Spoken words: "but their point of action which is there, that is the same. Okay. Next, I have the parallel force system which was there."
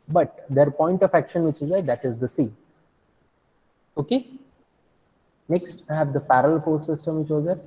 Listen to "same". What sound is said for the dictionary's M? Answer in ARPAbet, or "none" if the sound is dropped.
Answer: none